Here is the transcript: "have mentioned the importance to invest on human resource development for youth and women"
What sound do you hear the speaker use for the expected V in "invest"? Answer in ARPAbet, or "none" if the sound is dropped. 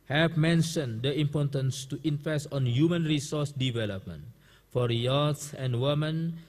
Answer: F